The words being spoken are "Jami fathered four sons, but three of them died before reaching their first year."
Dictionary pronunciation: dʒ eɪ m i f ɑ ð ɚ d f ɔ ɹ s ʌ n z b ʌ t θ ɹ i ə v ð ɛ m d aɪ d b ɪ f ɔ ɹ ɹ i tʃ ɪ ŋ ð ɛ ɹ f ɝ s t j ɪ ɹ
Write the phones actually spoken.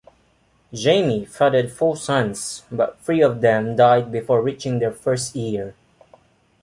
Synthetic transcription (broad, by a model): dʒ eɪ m i f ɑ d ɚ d f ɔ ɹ s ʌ n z b ʌ t f ɹ i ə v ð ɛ m d aɪ d b ɪ f ɔ ɹ ɹ i tʃ ɪ ŋ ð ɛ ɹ f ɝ s t j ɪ ɹ